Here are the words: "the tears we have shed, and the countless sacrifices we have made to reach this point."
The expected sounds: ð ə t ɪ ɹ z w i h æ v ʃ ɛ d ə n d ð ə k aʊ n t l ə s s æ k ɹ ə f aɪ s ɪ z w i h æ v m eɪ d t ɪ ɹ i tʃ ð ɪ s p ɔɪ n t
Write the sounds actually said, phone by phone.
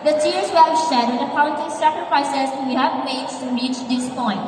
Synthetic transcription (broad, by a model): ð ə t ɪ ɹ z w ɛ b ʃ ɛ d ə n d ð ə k aʊ n t ə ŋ s æ k ɹ ə f aɪ s ɪ z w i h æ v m eɪ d t ɪ ɹ i tʃ ð ɪ s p ɔɪ n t